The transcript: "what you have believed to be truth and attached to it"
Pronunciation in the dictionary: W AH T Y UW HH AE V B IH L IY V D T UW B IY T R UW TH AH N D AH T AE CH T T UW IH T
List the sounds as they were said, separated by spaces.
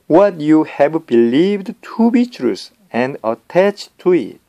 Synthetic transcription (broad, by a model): W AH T Y UW HH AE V B IH L IY V D T UW B IY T R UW S AH N D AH T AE CH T T UW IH T